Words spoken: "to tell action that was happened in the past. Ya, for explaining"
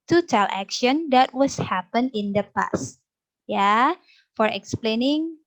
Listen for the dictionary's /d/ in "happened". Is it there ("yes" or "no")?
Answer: no